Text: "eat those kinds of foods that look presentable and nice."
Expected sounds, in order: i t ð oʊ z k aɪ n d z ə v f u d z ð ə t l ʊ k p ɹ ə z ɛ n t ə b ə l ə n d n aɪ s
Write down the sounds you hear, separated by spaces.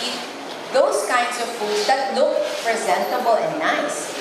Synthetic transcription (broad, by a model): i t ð oʊ s k aɪ n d s ə v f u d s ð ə t l ʊ k p ɹ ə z ɛ n t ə b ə l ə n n aɪ s